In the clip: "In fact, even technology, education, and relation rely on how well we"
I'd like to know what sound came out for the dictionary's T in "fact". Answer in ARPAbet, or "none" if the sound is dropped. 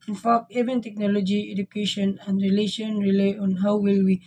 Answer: none